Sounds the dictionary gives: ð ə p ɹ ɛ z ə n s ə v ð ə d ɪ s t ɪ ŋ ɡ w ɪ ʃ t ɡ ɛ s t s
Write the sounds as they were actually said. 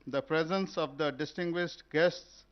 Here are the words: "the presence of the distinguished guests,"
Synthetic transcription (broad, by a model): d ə p ɹ ɛ z ə n s ə v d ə d ɪ s t ɪ ŋ ɡ w ɪ ʃ t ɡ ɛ s t s